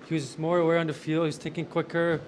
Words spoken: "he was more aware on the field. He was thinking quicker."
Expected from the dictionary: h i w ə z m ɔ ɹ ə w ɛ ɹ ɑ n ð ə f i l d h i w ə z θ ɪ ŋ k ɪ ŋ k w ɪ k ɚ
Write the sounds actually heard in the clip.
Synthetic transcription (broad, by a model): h i w ə z m ɔ ɹ ə w ɛ ɹ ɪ n ð ə f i l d h i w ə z t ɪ k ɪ ŋ k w ɪ k ɚ